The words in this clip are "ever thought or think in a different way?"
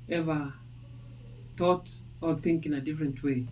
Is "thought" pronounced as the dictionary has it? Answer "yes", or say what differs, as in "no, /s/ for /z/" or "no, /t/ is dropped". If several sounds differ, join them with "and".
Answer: no, /t/ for /θ/